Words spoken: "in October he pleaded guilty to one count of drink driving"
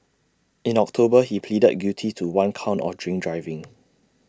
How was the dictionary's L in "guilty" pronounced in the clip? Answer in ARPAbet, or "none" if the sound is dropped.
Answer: none